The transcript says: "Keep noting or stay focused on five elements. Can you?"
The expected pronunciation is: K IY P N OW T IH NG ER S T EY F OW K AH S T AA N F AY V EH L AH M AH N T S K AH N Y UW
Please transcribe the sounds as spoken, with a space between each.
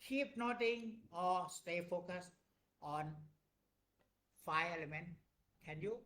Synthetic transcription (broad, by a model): K IY P N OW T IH NG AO S T EY F OW K AH S T AA N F AY EH L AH M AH N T K AH N Y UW